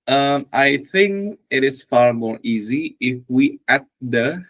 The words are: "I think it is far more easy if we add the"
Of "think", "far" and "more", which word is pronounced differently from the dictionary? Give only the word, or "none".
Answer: none